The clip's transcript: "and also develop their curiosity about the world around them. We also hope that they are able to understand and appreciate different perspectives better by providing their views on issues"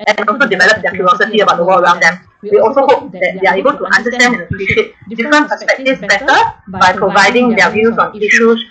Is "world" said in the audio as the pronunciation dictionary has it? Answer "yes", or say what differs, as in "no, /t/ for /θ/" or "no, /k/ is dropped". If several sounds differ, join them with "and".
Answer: no, /d/ is dropped